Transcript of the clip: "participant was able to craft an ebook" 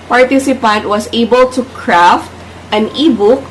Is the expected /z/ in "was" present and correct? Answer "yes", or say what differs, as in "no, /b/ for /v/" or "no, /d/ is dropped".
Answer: no, /s/ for /z/